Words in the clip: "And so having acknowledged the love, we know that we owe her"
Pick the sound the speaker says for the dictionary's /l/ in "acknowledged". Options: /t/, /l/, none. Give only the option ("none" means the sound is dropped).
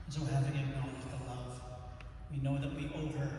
none